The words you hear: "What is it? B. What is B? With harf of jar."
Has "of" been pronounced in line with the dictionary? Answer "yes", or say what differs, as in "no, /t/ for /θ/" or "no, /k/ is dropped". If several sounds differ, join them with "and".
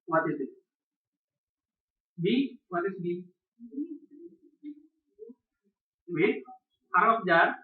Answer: no, /p/ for /v/